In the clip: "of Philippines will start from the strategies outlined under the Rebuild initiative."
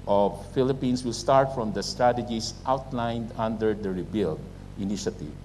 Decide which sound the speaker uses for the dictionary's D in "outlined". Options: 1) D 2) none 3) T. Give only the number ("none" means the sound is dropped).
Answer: 1